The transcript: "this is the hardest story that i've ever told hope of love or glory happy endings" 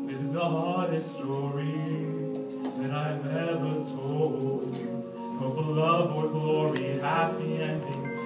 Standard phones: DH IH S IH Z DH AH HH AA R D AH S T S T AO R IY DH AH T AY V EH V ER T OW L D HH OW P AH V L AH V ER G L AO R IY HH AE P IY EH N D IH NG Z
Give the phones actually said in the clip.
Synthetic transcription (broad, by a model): DH IH S IH Z DH AH HH AA R D AH S T S T AO R IY DH AH T AY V EH V ER T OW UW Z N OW B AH L AH V ER G L AO R IY HH AE P IY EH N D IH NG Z